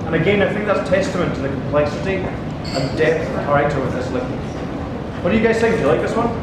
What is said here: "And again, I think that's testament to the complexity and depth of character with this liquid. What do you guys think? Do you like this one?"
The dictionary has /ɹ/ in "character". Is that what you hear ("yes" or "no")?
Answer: no